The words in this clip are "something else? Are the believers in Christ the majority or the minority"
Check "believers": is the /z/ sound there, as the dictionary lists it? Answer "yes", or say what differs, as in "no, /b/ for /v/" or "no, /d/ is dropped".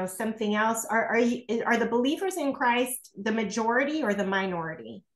yes